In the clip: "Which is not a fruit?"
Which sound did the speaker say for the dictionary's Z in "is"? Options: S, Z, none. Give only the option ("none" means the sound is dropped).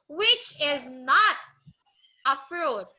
Z